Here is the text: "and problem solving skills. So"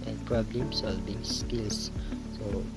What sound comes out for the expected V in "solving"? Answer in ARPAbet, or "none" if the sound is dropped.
B